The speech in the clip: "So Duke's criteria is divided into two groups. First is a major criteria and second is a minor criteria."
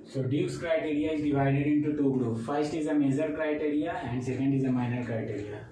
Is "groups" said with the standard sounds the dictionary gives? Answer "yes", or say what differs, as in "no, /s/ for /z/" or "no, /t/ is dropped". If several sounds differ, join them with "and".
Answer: no, /s/ is dropped